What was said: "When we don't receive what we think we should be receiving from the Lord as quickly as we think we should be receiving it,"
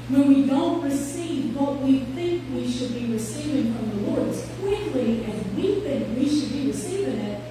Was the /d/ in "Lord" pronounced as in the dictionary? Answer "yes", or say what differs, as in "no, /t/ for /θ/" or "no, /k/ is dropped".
yes